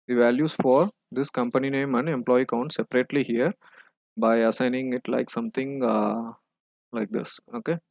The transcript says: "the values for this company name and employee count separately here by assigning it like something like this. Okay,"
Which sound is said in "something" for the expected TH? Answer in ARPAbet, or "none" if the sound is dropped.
T